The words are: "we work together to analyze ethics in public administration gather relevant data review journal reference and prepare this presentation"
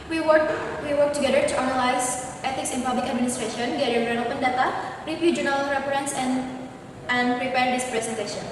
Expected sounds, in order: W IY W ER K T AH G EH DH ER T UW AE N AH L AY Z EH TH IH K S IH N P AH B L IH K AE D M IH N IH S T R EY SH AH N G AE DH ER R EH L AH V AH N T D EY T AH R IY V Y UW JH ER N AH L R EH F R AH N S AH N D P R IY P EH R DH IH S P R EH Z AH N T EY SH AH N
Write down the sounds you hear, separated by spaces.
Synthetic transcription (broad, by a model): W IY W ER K T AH G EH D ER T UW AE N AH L AY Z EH T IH K S IH N P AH B L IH K AE D M IH N IH S T R EY SH AH N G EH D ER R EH N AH P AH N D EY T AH R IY P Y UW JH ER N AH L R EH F R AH N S AH N D P R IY P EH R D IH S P R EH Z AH N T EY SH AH N